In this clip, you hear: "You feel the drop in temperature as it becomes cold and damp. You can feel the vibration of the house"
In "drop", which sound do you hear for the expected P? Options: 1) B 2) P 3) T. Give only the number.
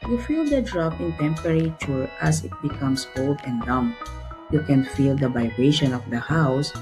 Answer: 2